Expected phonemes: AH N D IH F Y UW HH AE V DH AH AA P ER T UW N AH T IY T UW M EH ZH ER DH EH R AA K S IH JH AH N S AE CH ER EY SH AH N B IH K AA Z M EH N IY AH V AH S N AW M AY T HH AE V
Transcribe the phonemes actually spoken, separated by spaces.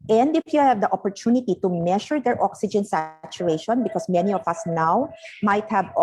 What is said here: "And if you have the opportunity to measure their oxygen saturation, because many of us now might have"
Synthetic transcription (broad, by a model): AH N D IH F Y UW HH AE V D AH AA P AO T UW N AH T IY T UW M EH SH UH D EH R AA K S IH JH AH N S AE CH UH EY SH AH N B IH K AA S M EH N IY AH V AH S N AW M AY T HH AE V